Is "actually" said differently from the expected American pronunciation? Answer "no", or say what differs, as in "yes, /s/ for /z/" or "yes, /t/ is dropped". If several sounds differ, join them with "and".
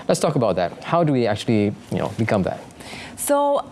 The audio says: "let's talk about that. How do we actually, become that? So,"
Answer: yes, /n/ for /l/